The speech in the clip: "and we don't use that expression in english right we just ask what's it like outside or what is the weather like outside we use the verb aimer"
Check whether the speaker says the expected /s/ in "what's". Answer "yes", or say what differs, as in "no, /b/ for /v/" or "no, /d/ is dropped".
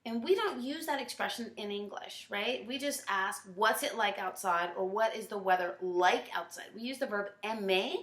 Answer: yes